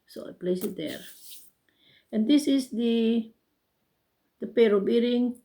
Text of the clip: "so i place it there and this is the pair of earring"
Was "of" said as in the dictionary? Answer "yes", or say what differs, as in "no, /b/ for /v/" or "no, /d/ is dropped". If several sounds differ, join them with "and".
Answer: no, /b/ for /v/